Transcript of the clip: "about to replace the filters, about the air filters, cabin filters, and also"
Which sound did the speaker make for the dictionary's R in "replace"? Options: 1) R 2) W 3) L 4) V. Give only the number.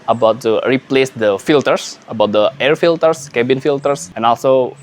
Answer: 1